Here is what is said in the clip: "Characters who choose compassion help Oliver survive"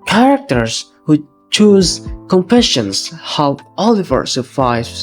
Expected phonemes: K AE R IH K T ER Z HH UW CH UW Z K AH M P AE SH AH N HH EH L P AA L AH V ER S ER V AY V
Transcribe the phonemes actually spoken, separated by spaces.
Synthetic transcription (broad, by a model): K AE R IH K T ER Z HH UW CH UW Z K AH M P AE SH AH N HH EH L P AA L AH V ER S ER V AY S